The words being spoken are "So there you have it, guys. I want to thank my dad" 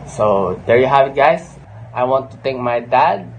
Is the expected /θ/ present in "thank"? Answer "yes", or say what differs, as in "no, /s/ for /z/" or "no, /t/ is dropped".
no, /t/ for /θ/